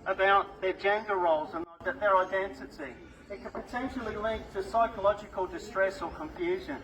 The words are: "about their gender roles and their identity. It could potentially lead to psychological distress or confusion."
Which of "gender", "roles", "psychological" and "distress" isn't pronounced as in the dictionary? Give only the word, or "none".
none